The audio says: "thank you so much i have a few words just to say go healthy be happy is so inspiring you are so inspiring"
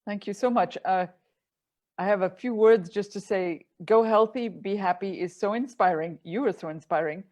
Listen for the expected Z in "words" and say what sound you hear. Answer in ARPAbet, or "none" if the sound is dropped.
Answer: Z